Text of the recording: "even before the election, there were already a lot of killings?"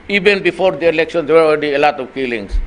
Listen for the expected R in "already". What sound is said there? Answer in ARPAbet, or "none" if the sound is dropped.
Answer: L